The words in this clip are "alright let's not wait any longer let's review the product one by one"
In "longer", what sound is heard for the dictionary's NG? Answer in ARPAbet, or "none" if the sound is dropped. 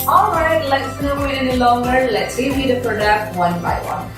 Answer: NG